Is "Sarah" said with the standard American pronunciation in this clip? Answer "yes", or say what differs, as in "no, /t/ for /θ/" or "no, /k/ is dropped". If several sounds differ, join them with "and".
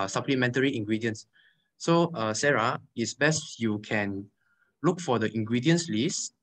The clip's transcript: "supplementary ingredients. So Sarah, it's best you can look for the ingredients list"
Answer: yes